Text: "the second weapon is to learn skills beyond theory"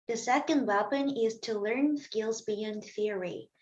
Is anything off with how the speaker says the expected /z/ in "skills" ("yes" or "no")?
no